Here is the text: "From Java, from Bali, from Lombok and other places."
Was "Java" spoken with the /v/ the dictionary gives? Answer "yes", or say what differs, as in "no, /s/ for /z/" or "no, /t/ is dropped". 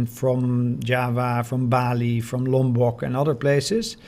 yes